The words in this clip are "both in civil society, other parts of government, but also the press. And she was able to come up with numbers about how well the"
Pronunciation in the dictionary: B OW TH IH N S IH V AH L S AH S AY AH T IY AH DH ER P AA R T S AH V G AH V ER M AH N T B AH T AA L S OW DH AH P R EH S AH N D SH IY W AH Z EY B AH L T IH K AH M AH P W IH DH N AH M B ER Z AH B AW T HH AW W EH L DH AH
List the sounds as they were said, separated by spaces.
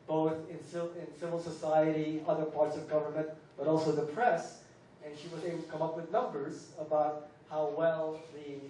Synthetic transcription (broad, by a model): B OW TH IH N S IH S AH L S AH S AY AH T IY AH DH ER P AA R T S AH V G AH V ER M AH N T B AH T AA L S OW DH AH P R EH S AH N SH IY W AH Z EY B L T IH K AH M AH P W IH DH N AH M B ER Z AH B AW T HH AW W EH L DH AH